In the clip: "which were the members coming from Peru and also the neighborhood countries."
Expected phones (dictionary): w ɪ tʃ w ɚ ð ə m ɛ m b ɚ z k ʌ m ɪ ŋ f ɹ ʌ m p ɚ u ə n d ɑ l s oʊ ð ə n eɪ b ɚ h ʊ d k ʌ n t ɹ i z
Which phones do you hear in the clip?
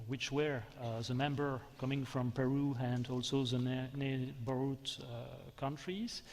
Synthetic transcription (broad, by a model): w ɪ tʃ w ɚ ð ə m ɛ m b ɚ k ʌ m ɪ ŋ f ɹ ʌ m p ɚ u ə n d ɑ l s oʊ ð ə n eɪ b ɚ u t k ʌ n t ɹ i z